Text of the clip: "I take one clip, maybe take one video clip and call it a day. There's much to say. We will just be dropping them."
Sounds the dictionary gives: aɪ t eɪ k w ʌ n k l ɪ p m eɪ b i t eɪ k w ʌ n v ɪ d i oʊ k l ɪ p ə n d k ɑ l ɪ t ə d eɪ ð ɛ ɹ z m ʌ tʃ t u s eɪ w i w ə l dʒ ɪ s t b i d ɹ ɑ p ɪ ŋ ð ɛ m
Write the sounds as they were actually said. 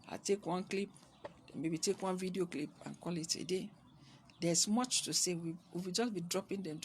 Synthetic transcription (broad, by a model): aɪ t eɪ k w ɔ n k l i p m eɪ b i t eɪ k w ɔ n v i d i oʊ k l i p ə n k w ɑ l ɪ t ə d eɪ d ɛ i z m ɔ tʃ t u s eɪ w i w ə w dʒ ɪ s b i d ɹ ɑ p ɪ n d ɛ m